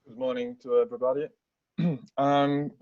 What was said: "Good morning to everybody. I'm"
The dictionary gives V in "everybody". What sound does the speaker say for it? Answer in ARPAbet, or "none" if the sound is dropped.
B